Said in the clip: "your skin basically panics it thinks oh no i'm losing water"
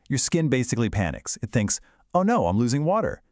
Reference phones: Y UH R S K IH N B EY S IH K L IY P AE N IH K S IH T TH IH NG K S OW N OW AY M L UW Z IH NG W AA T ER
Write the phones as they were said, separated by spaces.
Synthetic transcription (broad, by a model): Y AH R S K IH N B EY S IH K L IY P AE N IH K S IH T TH IH NG K S OW N OW AY M L UW Z IH NG W AA T ER